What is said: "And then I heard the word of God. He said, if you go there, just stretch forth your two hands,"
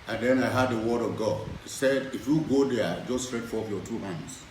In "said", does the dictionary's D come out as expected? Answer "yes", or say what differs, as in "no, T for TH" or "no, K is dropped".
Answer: yes